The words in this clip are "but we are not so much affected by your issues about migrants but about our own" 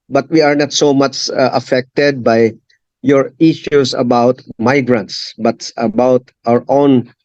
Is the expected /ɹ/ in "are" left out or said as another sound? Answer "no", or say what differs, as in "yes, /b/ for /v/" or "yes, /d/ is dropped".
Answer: no